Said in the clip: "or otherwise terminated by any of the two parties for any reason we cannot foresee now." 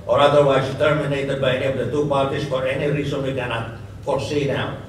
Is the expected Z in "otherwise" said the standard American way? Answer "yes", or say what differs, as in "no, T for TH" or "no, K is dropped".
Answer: no, S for Z